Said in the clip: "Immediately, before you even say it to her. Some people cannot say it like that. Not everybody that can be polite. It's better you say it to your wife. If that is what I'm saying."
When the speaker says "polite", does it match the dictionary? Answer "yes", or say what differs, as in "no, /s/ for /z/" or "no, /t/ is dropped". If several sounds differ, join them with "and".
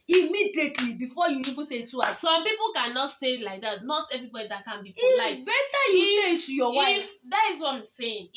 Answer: no, /t/ is dropped